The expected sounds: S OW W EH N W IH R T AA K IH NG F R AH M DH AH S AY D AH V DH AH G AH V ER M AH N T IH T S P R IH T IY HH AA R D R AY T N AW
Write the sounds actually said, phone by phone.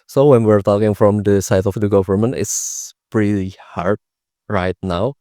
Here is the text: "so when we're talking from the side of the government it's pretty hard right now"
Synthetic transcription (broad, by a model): S OW W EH N W IH R T AA K IH NG F R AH M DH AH S AY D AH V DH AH G AH V ER M AH N T IH T S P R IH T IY HH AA R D R AY T N AW